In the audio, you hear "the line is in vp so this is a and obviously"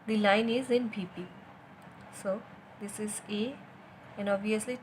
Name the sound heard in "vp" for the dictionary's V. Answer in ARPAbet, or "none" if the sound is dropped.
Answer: P